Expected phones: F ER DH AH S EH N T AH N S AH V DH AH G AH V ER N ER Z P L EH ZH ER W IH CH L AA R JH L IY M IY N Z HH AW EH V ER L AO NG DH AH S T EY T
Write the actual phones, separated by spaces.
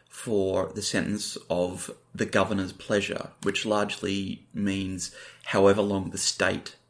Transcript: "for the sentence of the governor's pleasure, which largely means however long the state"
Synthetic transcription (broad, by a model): F ER DH AH S EH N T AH N S AH V DH AH G AH V ER N ER Z P L EH ZH ER W IH CH L AA R JH L IY M IY N Z HH AW EH V ER L AO NG DH AH S T EY T